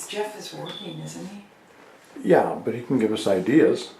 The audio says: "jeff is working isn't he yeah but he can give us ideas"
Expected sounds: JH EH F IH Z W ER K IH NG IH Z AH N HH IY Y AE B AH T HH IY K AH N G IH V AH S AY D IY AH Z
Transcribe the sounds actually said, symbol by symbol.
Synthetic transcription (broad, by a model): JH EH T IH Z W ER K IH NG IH Z N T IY Y AE B AH T HH IY K N G IH V AH S AY D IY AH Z